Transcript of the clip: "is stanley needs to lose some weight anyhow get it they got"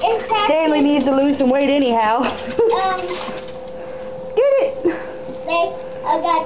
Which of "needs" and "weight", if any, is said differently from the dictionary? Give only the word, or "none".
none